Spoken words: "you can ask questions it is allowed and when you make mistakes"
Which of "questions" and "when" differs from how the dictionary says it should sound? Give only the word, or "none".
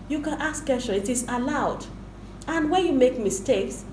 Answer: questions